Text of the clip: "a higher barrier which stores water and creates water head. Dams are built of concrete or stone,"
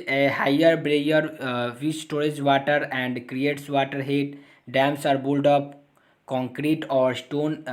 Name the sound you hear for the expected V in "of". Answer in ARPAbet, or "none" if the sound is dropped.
P